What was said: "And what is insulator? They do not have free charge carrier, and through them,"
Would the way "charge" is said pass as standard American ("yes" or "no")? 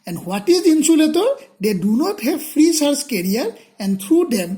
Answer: no